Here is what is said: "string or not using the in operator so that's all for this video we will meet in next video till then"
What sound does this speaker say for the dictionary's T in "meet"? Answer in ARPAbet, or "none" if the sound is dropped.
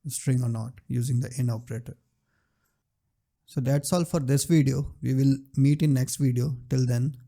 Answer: T